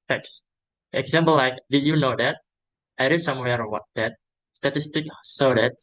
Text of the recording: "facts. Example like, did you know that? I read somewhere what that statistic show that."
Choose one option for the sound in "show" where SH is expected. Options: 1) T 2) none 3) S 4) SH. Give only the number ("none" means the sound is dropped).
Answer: 3